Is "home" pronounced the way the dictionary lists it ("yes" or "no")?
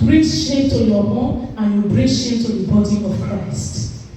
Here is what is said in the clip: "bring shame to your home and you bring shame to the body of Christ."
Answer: no